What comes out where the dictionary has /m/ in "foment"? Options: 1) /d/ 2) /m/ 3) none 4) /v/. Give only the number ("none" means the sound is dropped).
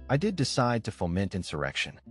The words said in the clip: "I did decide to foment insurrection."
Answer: 2